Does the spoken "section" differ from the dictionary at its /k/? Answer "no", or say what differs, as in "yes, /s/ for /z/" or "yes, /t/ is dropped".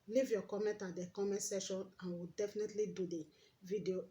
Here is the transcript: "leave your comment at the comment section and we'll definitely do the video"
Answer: yes, /k/ is dropped